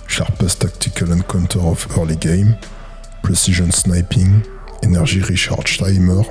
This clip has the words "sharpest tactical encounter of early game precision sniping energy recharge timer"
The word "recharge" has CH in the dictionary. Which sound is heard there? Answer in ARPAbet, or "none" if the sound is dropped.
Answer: SH